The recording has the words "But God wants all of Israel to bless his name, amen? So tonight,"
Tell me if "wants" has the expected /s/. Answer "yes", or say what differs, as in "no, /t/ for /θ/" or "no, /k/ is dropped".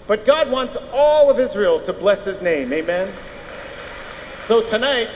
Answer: yes